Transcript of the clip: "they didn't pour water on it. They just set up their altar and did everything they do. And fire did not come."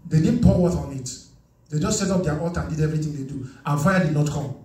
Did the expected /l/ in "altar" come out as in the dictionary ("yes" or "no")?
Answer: no